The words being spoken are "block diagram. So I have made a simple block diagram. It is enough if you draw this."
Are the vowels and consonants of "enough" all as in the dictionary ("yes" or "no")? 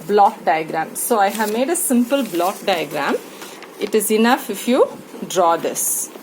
yes